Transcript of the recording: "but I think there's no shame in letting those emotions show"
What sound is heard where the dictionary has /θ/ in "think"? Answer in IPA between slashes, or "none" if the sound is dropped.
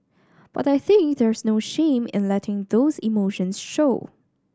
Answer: /θ/